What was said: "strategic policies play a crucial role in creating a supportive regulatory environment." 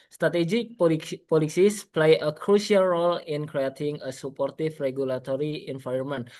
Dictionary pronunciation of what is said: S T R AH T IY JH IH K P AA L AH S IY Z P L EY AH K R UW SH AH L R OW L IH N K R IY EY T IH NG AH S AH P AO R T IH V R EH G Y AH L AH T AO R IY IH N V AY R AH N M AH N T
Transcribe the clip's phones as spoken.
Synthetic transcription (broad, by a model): S T R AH T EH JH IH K P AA L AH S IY S P L EY AH K R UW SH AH L R OW L IH N K R IY EY T IH NG AH S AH P AO R T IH F R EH G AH L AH T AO R IY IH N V AY R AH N M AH N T